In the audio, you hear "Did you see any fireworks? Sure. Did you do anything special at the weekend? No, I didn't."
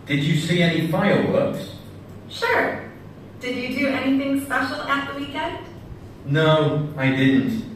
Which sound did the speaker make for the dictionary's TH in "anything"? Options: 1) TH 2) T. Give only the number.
1